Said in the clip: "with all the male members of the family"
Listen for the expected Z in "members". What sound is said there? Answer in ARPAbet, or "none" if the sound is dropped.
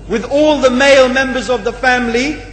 Z